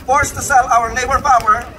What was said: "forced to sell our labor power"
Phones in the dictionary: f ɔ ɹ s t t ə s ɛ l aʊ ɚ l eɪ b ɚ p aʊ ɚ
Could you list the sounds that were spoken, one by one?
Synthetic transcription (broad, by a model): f ɔ ɹ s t t ə s ɛ l aʊ ɚ n eɪ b ɚ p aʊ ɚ